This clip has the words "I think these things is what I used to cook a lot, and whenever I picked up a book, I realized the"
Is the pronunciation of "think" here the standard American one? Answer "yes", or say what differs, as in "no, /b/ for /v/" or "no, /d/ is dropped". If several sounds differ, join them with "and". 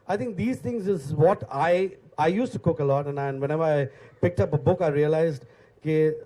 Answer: no, /t/ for /θ/